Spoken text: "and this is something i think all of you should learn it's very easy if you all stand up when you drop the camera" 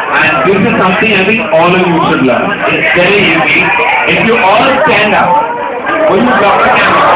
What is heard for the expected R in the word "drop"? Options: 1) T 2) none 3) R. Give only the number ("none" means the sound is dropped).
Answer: 2